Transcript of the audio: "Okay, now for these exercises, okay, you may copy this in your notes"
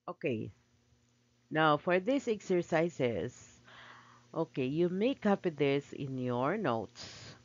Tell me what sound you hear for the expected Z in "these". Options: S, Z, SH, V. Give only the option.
S